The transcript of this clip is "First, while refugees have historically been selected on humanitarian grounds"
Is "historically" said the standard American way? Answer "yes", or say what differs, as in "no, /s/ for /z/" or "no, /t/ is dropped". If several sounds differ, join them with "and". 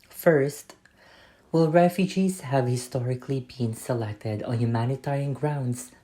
yes